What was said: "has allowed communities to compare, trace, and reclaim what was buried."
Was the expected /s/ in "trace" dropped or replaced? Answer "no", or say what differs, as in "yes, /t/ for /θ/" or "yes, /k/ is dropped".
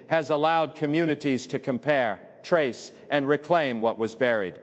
no